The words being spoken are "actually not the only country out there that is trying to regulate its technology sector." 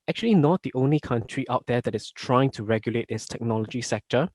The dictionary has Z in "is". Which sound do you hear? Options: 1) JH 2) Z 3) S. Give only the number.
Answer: 3